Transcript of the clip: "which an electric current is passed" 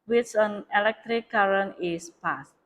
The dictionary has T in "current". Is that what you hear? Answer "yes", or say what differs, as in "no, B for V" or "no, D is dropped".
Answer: no, T is dropped